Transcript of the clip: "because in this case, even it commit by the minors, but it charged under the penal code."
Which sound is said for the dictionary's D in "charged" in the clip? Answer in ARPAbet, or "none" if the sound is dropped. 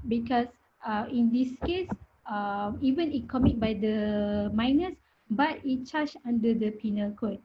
none